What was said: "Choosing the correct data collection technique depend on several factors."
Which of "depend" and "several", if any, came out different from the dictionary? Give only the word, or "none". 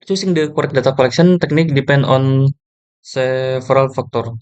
several